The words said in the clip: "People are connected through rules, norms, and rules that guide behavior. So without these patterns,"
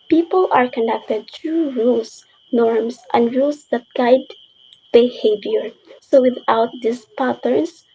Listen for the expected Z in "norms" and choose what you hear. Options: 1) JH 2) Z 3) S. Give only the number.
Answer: 3